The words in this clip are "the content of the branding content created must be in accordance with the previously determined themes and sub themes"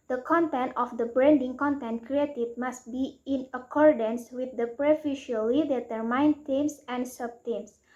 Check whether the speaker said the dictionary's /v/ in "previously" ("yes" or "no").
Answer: no